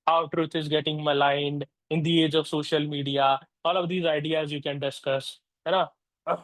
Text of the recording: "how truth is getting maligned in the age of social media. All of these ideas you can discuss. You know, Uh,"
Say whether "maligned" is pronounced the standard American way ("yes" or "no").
yes